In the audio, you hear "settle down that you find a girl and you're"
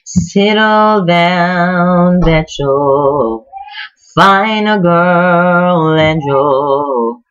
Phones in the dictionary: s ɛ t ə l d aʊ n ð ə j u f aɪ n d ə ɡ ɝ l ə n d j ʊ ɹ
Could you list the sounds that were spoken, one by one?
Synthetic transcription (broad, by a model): s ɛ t l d aʊ n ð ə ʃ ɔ f aɪ n ə ɡ ɝ l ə n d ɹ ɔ